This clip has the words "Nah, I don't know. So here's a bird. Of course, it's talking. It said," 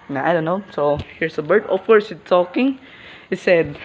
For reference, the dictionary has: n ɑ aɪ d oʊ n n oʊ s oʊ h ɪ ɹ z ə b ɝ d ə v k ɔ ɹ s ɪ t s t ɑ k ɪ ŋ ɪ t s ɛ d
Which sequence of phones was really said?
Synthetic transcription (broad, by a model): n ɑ aɪ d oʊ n n oʊ s oʊ h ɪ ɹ s ə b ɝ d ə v k ɔ ɹ s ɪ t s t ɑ k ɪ ŋ ɪ t s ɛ d